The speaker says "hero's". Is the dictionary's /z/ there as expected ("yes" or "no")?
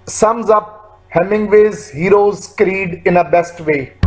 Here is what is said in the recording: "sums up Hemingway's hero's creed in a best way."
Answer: yes